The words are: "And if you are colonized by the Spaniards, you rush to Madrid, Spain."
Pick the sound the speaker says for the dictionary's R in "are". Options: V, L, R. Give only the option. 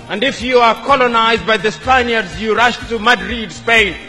R